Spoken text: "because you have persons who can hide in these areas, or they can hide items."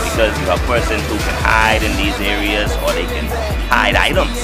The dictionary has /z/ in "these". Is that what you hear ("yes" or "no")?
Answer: yes